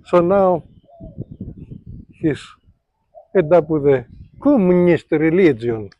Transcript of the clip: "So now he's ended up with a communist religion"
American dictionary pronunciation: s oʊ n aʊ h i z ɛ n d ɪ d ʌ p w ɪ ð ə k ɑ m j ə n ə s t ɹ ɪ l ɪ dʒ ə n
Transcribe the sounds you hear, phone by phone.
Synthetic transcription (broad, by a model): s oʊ n aʊ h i s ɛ d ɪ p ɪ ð ə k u m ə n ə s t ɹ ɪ l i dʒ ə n